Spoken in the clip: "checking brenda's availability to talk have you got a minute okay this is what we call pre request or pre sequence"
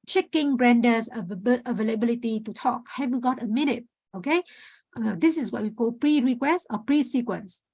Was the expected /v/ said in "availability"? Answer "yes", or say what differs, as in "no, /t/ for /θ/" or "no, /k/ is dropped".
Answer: yes